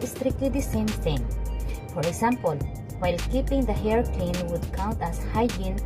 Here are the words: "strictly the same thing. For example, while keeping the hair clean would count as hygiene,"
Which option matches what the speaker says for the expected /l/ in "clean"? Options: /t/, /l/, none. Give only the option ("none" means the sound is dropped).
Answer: none